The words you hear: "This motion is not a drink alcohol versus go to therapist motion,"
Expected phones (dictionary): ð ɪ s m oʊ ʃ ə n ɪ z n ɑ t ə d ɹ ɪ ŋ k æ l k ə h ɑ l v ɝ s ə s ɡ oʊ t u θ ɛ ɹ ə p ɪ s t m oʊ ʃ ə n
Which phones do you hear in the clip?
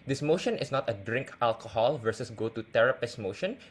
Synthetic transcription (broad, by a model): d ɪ s m oʊ ʃ ə n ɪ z n ɑ t ə d ɹ ɪ ŋ k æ l k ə h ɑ l v ɝ s ə s ɡ oʊ t u t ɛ ɹ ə p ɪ s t m oʊ ʃ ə n